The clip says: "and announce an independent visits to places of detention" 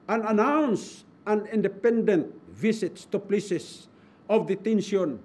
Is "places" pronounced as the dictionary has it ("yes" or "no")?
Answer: no